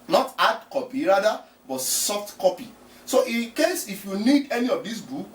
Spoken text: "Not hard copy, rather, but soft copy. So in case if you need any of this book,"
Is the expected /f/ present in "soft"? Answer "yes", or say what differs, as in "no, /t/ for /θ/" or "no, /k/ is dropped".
yes